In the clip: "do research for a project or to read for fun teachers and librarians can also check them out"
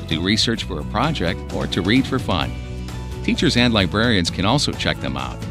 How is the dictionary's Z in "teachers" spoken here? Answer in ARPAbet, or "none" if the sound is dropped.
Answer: Z